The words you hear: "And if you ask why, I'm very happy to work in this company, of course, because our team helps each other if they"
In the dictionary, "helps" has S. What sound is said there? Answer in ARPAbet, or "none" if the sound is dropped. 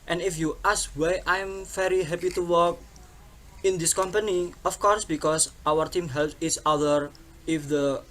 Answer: none